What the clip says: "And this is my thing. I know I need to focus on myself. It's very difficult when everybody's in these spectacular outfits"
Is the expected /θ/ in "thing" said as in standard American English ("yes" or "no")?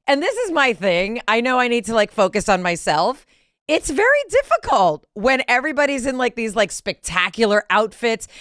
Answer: yes